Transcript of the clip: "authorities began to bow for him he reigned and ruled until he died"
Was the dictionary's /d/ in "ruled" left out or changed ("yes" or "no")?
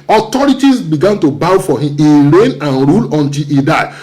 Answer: yes